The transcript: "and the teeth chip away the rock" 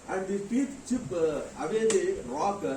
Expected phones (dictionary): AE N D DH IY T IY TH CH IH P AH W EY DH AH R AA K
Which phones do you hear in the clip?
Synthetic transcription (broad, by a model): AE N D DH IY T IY T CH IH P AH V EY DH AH R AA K